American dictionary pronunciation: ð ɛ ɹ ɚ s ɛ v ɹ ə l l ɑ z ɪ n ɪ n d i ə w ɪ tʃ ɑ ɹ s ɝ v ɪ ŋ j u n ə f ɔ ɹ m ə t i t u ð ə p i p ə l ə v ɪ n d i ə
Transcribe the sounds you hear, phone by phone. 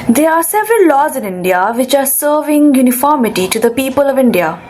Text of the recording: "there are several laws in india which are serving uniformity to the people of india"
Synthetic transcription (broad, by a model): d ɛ ɹ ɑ s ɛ v ɹ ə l l ɑ z ɪ n ɪ n d i ə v ɪ tʃ ɑ ɹ s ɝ v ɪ ŋ j u n ə f ɔ ɹ m ə t i t u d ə p i p ə l ə v ɪ n d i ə